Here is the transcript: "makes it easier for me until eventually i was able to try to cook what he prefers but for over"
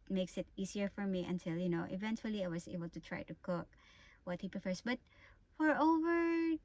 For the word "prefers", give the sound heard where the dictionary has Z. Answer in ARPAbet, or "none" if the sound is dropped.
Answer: S